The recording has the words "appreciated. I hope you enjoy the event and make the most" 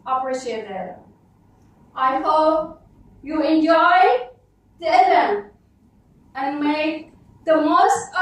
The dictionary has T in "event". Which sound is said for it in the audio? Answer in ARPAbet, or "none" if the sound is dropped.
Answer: none